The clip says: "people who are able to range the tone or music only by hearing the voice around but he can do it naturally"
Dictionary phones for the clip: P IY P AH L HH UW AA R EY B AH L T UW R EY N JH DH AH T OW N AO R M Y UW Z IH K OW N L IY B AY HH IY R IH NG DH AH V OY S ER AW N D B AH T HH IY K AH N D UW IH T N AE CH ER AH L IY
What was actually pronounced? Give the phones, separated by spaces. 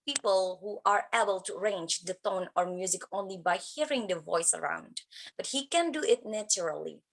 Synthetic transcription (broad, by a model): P IY P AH L HH UW AA R EY B AH L T UW R EY N JH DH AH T OW N AO R M Y UW Z IH K OW N L IY B AY HH IY R IH NG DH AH V OY S ER AW N D B AH T HH IY K AH N D UW IH T N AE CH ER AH L IY